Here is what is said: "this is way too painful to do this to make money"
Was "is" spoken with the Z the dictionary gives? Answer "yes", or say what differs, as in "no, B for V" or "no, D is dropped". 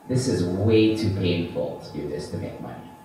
yes